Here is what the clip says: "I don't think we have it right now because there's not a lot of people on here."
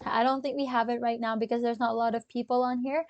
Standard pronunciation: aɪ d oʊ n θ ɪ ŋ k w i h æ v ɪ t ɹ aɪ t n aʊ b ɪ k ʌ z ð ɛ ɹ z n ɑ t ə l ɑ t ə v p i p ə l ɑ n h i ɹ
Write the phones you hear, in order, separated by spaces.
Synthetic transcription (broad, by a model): aɪ d oʊ n θ ɪ ŋ k w i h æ v ɪ t ɹ aɪ t n aʊ b ɪ k ʌ z ð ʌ ɹ z n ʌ t ə l ɑ t ə v p i p l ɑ n h i ɹ